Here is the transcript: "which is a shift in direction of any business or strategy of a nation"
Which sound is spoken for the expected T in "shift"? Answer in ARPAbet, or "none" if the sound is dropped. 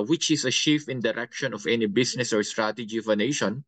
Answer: none